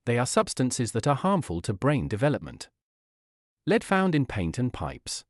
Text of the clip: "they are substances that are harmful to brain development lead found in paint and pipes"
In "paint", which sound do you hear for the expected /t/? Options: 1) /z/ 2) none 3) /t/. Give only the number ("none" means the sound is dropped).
3